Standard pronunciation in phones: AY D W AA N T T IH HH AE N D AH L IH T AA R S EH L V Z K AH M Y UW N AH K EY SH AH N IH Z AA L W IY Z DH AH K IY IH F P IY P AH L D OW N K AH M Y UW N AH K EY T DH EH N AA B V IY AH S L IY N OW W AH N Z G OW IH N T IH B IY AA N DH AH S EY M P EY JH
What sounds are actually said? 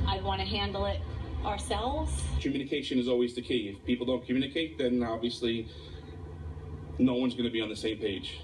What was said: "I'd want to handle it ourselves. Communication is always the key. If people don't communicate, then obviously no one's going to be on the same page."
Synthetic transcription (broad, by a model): AY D W AA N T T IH HH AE N D L IH T AA R S EH L V Z K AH M Y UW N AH K EY SH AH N IH Z AA L W IY Z DH AH K IY IH F P IY P L D OW N K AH M Y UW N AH K EY T DH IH N AA B V IY AH S L IY N OW W AH N Z G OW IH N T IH B IY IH N DH AH S EY M P EY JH